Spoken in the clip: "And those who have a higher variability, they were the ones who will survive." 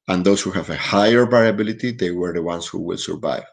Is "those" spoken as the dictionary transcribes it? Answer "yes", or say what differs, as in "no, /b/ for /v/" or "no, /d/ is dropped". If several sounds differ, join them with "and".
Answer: no, /s/ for /z/